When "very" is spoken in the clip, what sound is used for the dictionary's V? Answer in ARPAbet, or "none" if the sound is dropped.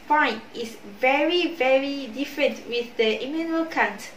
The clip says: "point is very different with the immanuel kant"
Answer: V